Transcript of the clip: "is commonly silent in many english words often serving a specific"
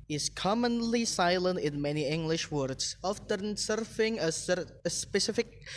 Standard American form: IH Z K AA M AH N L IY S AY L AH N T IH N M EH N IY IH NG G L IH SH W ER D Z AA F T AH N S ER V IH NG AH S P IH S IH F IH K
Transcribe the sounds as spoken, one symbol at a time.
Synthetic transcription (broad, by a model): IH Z K AA M AH N L IY S AY L AH N T IH N M EH N IY IH NG G L IH SH W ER D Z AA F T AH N S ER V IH NG AH S P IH S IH F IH K